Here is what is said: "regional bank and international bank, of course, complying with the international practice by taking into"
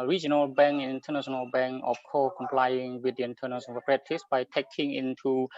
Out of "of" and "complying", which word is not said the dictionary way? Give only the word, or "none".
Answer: of